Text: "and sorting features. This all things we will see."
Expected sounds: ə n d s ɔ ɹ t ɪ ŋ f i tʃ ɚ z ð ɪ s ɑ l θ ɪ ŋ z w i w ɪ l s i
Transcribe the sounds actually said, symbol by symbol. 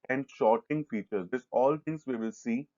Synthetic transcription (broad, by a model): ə n d ʃ ɔ ɹ t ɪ ŋ f i tʃ ɚ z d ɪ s ɑ l t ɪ ŋ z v i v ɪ l s i